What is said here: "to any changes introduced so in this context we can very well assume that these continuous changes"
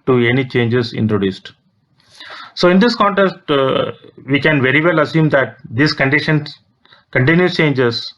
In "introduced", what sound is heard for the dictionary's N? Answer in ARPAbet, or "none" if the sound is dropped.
N